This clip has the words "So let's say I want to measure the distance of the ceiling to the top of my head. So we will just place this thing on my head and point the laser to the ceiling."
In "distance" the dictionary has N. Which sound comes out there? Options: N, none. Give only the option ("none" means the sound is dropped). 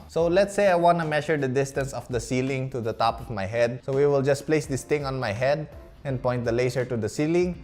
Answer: N